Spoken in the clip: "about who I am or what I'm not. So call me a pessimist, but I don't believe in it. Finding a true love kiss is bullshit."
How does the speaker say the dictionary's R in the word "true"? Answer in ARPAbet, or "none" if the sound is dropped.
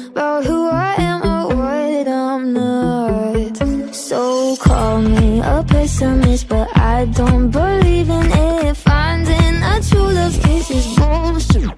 none